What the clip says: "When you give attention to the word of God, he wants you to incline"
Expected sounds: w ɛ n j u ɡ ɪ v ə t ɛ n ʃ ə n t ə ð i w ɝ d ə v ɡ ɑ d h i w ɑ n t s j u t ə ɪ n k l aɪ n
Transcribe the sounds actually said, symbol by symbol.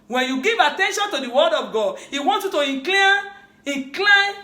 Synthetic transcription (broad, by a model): w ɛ n j u ɡ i v ə t ɛ n ʃ ə n t ə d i w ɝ d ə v ɡ ɑ d h i w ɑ n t j u t ə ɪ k k l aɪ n